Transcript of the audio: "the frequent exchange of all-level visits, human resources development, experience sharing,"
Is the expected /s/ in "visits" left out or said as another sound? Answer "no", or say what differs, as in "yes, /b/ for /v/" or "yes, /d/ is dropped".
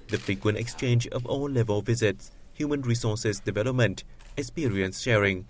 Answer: no